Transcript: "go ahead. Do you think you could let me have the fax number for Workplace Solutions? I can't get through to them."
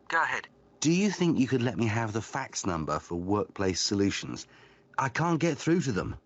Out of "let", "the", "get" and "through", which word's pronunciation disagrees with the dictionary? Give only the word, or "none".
none